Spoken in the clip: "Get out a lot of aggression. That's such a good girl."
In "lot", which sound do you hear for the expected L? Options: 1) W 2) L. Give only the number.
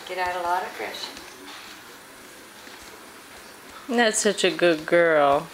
2